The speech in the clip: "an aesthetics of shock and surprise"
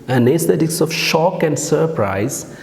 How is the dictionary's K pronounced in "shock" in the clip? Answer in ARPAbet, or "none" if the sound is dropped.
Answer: K